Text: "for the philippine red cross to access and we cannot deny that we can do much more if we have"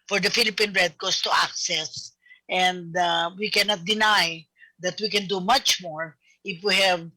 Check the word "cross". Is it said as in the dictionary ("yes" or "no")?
no